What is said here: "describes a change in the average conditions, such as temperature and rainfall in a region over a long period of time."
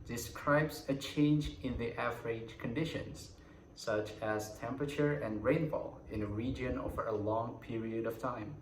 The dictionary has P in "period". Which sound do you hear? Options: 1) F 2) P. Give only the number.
2